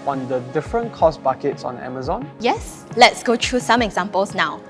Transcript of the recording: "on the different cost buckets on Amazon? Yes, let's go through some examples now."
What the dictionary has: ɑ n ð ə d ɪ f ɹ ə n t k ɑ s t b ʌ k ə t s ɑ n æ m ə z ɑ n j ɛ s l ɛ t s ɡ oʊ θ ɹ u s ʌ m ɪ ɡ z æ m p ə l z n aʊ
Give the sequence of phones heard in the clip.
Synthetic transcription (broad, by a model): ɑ n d ə d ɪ f ɹ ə n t k ɑ s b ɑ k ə t s ɑ n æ m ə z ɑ n j ɛ s l ɛ t s ɡ oʊ t ɹ u s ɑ m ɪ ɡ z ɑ m p ə l s n aʊ